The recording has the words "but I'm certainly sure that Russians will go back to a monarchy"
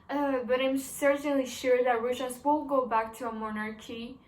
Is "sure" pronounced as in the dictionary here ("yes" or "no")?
yes